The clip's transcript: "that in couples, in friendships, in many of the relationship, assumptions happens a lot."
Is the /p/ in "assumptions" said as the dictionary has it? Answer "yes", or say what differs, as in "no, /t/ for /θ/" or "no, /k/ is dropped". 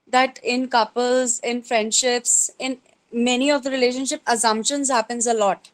yes